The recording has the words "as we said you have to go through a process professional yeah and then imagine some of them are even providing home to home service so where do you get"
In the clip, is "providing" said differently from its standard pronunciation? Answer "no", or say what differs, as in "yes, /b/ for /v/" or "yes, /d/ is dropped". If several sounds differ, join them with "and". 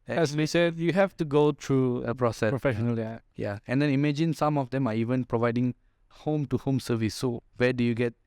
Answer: no